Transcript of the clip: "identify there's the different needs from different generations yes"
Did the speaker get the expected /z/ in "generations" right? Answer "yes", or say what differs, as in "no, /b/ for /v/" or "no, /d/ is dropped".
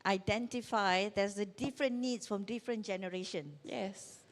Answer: no, /z/ is dropped